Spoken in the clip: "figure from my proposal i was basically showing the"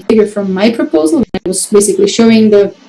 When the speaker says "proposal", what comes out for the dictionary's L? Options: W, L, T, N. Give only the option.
N